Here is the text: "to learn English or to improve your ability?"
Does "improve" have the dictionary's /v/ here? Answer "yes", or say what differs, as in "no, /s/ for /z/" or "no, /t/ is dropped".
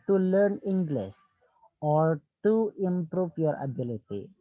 no, /p/ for /v/